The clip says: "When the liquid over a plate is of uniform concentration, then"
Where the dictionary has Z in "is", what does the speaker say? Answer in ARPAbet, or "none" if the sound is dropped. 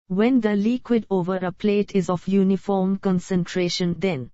Z